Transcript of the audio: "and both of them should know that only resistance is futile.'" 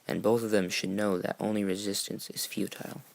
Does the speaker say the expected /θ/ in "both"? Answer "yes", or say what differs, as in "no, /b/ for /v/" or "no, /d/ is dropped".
yes